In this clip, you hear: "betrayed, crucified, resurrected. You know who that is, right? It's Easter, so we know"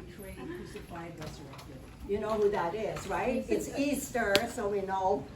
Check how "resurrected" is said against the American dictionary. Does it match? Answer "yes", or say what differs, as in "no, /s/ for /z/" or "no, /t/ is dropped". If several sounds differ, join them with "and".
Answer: no, /s/ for /z/